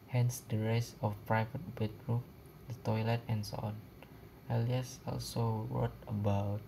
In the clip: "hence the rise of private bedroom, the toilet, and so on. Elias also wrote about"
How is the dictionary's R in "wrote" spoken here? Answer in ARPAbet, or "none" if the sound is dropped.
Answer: W